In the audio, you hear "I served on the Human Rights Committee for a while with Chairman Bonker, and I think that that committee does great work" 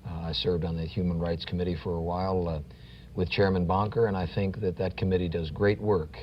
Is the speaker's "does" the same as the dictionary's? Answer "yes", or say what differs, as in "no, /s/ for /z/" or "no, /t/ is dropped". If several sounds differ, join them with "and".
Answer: yes